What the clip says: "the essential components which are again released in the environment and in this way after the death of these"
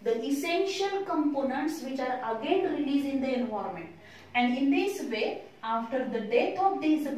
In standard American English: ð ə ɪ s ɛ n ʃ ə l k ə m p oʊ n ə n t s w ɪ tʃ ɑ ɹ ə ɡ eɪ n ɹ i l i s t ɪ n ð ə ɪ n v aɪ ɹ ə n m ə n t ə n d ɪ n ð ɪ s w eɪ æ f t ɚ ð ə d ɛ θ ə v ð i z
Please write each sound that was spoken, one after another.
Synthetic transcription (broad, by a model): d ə ɪ s ɛ n ʃ ə l k ə m p oʊ n ə n t s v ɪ tʃ ɑ ɹ ə ɡ eɪ n ɹ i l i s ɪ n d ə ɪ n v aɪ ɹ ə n m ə n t ə n d ɪ n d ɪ s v eɪ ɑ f t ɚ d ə d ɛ t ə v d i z